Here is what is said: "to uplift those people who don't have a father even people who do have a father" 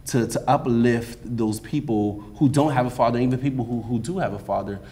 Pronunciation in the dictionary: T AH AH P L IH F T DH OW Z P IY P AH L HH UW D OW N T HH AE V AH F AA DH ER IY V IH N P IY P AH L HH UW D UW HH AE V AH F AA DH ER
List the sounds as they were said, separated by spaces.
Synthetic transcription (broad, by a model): T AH AH P L IH F T DH OW Z P IY P L HH UW D OW N T HH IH V AH F AA DH ER IY V IH N P IY P L HH UW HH UW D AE V AH F AA DH ER